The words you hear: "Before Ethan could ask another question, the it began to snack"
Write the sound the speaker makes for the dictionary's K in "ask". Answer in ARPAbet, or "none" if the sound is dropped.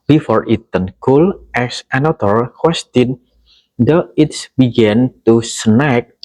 none